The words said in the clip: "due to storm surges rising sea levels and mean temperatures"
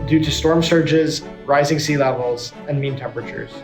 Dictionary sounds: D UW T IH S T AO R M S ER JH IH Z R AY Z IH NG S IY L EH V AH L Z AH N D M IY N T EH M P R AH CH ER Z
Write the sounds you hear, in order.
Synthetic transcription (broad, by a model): D UW T IH S T AO R M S ER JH IH Z R AY Z IH NG S IY L EH V L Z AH N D M IY N T EH M P R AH CH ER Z